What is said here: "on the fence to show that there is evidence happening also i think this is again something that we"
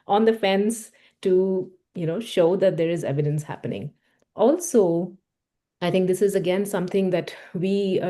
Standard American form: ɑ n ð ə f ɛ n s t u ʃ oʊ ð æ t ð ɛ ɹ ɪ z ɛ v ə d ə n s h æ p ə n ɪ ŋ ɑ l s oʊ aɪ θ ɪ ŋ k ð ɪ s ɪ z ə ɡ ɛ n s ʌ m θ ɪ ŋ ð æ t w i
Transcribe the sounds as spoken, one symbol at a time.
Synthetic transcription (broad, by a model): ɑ n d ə f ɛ n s t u ʃ oʊ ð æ t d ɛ ɹ ɪ z ɛ v ə d ə n s h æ p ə n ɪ ŋ ɑ l s oʊ aɪ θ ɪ ŋ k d ɪ s ɪ z ə ɡ ɛ n s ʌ m t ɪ ŋ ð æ t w i